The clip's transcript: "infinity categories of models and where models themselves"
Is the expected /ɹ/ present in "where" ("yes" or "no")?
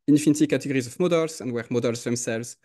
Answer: yes